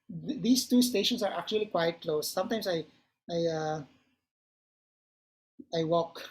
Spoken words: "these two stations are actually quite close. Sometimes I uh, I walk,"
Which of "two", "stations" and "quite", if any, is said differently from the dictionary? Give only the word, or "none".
stations